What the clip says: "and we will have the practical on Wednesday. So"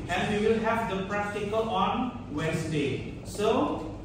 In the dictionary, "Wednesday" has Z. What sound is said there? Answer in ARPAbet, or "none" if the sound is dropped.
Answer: S